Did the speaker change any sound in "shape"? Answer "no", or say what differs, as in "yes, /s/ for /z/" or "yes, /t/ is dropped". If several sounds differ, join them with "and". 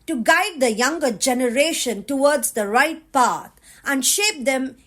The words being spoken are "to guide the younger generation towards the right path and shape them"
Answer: no